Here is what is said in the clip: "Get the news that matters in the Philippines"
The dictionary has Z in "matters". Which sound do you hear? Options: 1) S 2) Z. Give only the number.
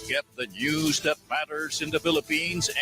2